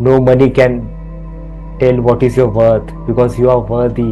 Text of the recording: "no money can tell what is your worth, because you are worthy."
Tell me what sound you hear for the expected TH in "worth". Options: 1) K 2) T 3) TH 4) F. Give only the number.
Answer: 2